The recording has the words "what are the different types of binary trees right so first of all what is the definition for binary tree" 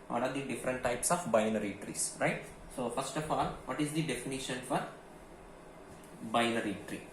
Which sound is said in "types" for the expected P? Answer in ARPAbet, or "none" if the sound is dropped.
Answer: P